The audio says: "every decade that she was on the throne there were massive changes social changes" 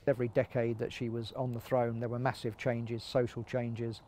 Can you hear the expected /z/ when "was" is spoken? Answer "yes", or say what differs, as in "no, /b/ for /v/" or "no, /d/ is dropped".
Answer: yes